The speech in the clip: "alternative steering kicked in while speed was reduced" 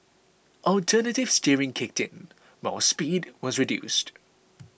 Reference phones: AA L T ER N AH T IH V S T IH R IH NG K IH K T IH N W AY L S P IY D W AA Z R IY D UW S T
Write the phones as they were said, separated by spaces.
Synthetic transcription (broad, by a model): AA L T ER N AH T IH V S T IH R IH NG K IH K T IH N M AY S P IY D W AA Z R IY D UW S T